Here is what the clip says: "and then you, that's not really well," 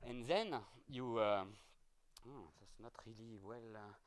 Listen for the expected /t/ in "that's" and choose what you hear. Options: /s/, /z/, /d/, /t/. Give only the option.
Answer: /s/